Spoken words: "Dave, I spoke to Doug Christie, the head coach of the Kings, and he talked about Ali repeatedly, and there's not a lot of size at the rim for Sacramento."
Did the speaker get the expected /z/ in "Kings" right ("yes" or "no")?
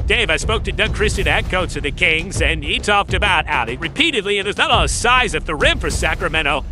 yes